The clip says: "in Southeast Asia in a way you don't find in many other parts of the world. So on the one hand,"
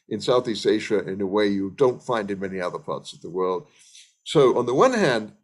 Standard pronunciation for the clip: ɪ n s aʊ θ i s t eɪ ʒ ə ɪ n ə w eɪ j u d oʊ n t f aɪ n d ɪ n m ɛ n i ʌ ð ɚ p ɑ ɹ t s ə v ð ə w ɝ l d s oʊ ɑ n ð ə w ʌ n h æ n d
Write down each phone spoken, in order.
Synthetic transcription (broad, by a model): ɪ n s aʊ θ i s t eɪ ʃ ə ɪ n ə w eɪ j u d oʊ n t f aɪ n d ɪ n m ɛ n i ʌ ð ɚ p ɑ ɹ t s ə v ð ə w ɝ l d s oʊ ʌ n ð ə w ʌ n h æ n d